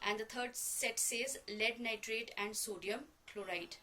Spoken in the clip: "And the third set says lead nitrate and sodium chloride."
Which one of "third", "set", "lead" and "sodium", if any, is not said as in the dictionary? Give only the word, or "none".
third